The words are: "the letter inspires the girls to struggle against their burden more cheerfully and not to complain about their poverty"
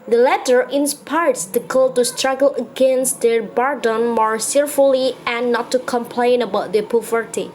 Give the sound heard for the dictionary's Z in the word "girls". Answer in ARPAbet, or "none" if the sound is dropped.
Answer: none